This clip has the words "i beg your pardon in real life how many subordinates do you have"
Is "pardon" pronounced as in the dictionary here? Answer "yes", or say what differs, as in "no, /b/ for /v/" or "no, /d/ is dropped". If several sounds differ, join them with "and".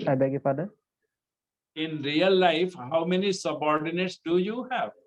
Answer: no, /n/ is dropped